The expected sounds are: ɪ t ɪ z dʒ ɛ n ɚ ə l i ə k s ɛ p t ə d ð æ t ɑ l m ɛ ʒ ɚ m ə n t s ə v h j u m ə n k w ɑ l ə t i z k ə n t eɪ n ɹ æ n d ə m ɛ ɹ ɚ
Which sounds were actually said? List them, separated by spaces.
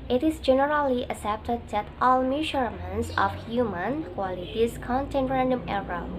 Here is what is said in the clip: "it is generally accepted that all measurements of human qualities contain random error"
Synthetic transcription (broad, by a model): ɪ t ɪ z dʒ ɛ n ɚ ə l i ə s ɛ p t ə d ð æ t ɑ l m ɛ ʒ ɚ m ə n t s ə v h j u m ə n k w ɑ l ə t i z k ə n t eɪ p ɹ æ n d ə m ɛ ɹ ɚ